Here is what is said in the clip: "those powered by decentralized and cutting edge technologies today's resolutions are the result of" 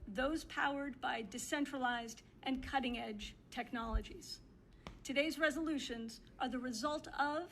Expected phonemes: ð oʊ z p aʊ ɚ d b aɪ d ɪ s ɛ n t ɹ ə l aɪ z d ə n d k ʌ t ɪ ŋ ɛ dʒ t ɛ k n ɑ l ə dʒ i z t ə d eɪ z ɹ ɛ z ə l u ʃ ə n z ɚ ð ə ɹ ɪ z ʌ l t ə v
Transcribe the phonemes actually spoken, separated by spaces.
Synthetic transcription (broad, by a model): ð oʊ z p aʊ ɚ d b aɪ d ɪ s ɛ n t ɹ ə l aɪ z d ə n k ʌ t ɪ ŋ ɛ dʒ t ɛ k n ɑ l ə dʒ i z t ə d eɪ z ɹ ɛ z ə l u ʃ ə n z ɚ ð ə ɹ ɪ z ʌ l t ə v